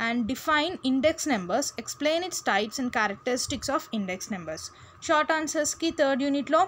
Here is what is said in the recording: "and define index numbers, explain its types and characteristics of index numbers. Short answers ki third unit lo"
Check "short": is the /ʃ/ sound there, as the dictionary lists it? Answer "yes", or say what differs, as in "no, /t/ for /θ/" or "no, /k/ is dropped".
yes